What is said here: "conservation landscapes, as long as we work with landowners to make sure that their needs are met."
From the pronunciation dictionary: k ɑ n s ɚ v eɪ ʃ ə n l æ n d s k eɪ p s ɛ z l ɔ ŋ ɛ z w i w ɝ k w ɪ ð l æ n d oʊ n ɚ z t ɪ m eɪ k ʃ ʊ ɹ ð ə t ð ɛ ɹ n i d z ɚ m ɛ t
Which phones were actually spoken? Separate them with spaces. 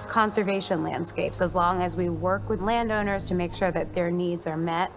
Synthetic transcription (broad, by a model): k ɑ n s ɚ v eɪ ʃ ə n l æ n d s k eɪ p s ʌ z l ɔ ŋ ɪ z w i w ɝ k w ɪ ð l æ n d oʊ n ɚ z t ɪ m eɪ k ʃ ʊ ɹ ð ə t ð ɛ ɹ n i d z ɚ m ɛ t